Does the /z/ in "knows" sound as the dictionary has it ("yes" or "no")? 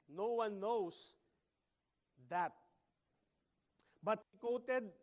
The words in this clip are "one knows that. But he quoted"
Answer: no